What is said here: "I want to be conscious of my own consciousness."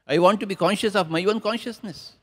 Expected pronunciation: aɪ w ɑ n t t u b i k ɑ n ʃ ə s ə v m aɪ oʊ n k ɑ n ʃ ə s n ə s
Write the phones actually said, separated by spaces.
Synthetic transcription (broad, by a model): aɪ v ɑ n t t u b i k ɑ n ʃ ə s ə v m aɪ oʊ n k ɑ n ʃ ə s n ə s